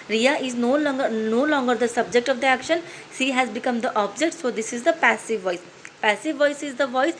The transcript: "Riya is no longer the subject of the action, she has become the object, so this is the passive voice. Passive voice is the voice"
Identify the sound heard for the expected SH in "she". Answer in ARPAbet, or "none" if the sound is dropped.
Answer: S